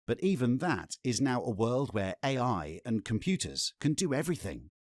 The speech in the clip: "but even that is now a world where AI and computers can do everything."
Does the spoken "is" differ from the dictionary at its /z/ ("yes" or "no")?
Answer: no